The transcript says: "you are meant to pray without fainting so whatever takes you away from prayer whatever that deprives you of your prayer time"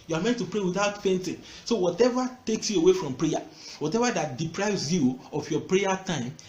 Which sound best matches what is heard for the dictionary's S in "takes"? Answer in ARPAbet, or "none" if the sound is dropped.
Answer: S